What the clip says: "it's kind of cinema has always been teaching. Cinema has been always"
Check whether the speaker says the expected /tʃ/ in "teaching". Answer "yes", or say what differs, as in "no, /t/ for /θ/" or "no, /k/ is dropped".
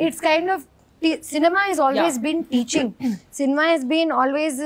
yes